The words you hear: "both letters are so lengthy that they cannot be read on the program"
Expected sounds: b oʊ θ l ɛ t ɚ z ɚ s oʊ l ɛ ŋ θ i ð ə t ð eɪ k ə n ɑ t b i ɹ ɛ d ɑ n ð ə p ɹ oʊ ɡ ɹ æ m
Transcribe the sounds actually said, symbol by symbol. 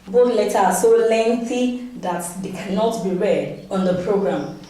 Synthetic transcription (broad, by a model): b oʊ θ l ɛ t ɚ ɑ s oʊ l ɛ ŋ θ i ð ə t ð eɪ k ə n ɑ t b i ɹ ɛ d ɑ n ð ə p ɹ oʊ ɡ ɹ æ m